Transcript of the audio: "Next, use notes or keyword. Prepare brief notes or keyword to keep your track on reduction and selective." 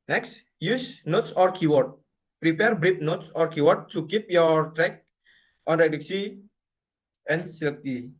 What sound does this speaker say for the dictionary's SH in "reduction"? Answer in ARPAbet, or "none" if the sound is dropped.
S